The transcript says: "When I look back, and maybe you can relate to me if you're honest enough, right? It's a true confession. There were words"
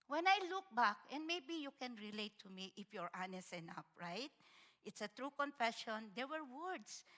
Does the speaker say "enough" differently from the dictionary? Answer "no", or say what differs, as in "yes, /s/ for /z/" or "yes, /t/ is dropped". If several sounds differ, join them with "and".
yes, /p/ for /f/